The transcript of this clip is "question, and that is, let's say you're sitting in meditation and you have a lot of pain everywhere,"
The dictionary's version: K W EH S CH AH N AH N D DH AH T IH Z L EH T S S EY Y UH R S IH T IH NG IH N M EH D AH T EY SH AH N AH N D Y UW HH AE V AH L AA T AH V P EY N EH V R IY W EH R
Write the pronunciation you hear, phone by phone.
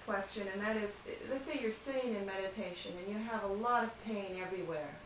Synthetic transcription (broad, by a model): K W EH S CH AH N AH N DH AH T IH Z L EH T S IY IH Y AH R S IH T IH NG IH N M EH D AH T EY SH AH N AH N Y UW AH V AH L AA T AH V P EY N EH V R IY W EH R